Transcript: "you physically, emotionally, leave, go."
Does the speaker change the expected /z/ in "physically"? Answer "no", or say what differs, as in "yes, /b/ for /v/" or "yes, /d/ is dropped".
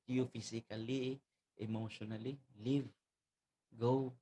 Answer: yes, /s/ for /z/